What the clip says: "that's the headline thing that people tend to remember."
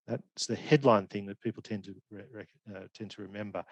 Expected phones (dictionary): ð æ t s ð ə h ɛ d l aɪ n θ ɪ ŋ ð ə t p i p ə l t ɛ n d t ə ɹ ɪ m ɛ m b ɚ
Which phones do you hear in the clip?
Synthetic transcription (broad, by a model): ð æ t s ð ə h ɛ d l aɪ n θ ɪ ŋ ð ə t p i p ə n t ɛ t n t ə ɹ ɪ m ɛ m b ɚ